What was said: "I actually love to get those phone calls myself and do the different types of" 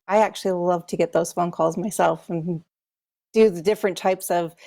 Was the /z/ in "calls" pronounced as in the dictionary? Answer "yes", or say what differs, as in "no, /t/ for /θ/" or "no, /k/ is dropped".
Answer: yes